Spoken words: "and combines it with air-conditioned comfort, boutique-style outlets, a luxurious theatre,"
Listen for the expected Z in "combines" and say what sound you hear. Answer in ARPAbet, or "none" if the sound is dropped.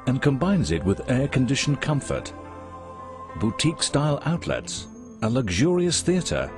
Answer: Z